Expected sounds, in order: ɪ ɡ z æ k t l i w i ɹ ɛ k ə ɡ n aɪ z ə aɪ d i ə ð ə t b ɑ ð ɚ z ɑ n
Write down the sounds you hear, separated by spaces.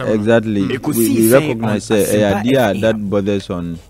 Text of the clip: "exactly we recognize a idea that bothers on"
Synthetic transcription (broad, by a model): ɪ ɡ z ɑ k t l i w i ɹ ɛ k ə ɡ n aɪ s ə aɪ d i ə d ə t b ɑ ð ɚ s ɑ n